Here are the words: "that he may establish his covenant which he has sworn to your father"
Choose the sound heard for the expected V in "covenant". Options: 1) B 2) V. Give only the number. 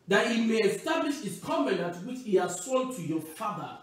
1